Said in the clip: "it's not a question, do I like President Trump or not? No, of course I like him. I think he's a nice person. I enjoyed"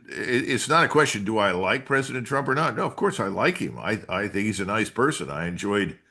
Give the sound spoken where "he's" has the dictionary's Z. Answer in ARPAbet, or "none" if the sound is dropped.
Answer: Z